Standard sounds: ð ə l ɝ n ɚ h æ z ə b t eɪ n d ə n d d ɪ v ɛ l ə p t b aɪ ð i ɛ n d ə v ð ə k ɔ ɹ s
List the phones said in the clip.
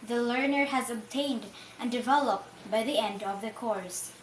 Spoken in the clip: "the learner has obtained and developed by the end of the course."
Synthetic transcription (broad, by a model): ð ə l ɝ n ɚ h æ z ə b t eɪ n d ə n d d ɪ v ɛ l ə p t b aɪ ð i ɛ n d ə v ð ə k ɔ ɹ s